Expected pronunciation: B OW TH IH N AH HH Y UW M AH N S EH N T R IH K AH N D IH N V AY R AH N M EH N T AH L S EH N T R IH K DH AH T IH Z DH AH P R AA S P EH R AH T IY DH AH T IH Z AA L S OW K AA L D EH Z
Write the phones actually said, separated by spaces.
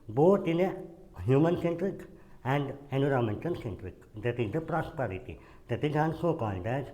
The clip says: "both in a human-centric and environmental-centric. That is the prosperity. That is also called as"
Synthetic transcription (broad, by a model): B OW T IH N AH HH Y UW M AH N S EH N T R IH K AH N D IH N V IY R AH M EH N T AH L S EH N T R IH K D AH T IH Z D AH P R AA S P EH R AH T IY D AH T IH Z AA N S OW K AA N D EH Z